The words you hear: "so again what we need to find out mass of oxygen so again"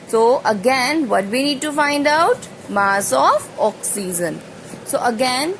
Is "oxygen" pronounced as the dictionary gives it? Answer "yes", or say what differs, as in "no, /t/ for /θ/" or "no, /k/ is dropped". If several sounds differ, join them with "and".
no, /z/ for /dʒ/